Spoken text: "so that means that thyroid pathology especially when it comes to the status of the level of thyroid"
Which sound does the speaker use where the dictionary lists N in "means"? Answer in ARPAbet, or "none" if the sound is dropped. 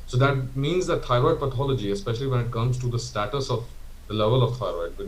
N